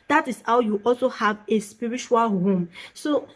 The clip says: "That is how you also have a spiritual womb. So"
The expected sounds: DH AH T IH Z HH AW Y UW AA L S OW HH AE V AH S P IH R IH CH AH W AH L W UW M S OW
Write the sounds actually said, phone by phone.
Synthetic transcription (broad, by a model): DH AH T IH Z HH AW Y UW AA L S OW HH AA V AH S P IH R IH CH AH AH L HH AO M S OW